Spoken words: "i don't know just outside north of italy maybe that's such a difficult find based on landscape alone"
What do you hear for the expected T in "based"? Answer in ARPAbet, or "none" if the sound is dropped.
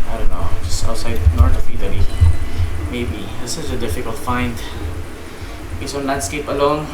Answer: none